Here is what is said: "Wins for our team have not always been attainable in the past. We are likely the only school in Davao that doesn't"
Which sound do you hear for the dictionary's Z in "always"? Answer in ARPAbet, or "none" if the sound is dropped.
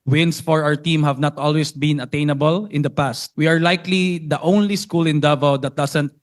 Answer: S